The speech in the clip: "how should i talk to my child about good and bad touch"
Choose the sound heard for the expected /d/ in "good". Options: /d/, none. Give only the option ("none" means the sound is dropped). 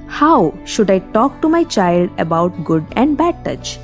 /d/